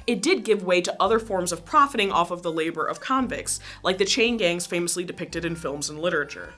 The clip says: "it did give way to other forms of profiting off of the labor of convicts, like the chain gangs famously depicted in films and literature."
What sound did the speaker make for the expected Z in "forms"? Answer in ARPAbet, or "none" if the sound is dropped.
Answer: Z